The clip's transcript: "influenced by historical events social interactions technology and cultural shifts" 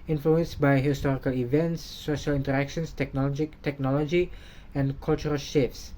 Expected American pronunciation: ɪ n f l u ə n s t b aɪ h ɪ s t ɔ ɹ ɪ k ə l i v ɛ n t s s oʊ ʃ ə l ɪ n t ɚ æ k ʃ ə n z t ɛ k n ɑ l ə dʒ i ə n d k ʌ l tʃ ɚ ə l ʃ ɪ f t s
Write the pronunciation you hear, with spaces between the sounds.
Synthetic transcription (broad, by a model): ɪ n f l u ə n s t b aɪ h ɪ s t ɔ ɹ ɪ k ə l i v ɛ n t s s oʊ ʃ ə l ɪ n t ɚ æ k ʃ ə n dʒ t ɛ k n ɑ l ə dʒ i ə n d k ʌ l tʃ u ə l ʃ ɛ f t s